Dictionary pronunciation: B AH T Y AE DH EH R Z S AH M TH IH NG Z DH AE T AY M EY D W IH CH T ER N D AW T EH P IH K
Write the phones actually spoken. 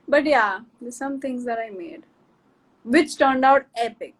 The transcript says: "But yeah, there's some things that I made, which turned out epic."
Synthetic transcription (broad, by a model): B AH T Y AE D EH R S AH M T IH NG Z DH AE T AY M EY D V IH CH T ER N D AW T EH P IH K